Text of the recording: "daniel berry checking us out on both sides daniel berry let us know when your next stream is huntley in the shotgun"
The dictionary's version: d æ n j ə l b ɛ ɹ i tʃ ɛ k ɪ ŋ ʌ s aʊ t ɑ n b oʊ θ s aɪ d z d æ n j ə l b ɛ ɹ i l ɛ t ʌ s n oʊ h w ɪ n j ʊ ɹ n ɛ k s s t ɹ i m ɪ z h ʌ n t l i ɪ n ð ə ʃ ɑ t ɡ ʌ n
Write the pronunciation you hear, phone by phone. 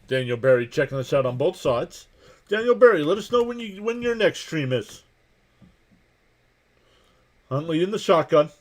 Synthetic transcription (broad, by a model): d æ n j l b ɛ ɹ i tʃ ɛ k ɪ ŋ ʌ s aʊ t n b oʊ θ s aɪ d z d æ n j l b ɛ ɹ i l ɛ t ʌ s n oʊ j w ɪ n j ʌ ɹ n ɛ k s s t ɹ i m ɪ z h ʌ n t l i ɪ n ð ə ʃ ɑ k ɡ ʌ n